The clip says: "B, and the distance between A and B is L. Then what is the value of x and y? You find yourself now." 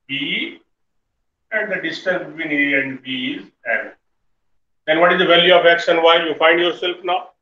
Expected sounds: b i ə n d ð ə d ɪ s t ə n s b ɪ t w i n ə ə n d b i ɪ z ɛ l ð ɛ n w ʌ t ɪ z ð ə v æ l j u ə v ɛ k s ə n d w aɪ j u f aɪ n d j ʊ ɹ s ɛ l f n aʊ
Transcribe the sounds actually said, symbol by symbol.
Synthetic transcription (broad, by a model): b i ə n d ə d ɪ s t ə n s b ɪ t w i n ə ə n d b i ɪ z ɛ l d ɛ n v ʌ t ɪ z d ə v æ l j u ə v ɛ k ʃ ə n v aɪ j u f aɪ n d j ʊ ɹ s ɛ l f n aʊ